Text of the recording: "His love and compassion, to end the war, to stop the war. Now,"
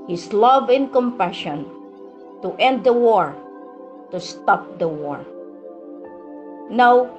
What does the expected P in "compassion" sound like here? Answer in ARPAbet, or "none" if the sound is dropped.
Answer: P